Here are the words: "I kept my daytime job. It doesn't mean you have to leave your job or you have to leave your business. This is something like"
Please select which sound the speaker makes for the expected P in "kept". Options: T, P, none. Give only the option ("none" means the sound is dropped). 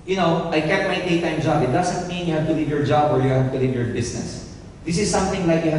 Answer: none